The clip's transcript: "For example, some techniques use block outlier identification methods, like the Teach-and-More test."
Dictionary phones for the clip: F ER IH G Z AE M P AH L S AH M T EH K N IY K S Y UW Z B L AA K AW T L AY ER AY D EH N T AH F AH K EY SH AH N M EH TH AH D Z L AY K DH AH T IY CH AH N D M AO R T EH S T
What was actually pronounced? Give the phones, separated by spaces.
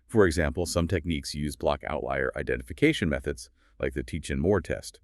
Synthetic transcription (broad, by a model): F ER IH G Z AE M P L S AH M T EH K N IY K S Y UW Z B L AA K AW T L AY ER AY D EH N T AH F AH K EY SH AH N M EH TH AH D Z L AY K DH AH T IY CH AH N M AO R T EH S T